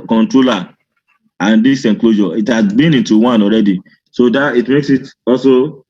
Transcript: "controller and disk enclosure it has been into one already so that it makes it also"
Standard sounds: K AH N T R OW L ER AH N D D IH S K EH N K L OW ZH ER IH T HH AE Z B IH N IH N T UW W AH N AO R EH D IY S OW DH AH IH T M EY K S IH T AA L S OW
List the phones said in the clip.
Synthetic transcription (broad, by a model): K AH N T R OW L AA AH N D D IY S EH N K L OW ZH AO IH T HH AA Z B IH N IH N T UW W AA N AO R EH D IY S OW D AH IH T M EY K S IH T AA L S OW